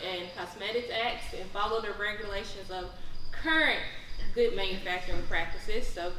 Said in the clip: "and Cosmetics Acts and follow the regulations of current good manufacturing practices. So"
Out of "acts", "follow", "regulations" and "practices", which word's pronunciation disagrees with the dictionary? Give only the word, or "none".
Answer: none